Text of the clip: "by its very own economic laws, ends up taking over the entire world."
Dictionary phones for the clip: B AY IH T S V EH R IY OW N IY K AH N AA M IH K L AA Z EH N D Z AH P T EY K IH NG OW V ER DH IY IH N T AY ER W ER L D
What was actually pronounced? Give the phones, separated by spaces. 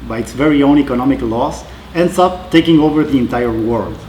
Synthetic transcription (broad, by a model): B AY IH T S V EH R IY OW N IY K AH N AA M IH K L AA S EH N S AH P T EY K IH NG OW V ER DH IY IH N T AY ER W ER L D